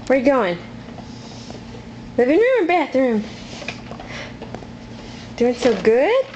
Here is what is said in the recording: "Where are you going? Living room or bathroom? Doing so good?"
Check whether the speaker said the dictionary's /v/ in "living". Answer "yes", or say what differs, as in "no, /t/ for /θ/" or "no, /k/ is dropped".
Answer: no, /b/ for /v/